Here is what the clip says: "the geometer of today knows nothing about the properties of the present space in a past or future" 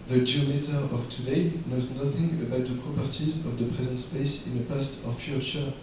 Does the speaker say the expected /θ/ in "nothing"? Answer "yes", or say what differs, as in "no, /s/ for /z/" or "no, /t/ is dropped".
yes